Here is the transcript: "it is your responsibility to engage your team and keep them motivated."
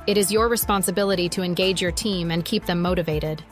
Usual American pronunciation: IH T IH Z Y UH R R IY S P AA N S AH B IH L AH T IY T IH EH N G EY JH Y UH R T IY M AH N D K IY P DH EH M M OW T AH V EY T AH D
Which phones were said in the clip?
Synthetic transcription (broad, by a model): IH T IH Z Y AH R R IY S P AA N S AH B IH L AH T IY T IH EH N G EY JH Y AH R T IY M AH N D K IY P DH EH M M OW T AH V EY T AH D